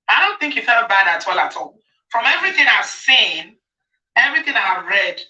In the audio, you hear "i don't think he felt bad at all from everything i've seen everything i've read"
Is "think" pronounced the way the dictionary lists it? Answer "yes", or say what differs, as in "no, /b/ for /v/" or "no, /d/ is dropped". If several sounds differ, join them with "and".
yes